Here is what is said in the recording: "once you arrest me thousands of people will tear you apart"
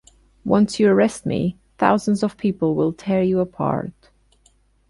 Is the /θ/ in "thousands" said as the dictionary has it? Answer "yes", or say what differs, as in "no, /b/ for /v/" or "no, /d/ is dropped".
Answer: yes